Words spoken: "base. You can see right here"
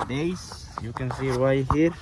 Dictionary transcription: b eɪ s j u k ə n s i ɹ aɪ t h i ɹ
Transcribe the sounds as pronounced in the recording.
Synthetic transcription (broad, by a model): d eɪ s j u k ə n s i w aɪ h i ɹ